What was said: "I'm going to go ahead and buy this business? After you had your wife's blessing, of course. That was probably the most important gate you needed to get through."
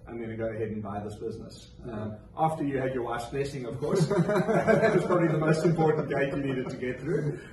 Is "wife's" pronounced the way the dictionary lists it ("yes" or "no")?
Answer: no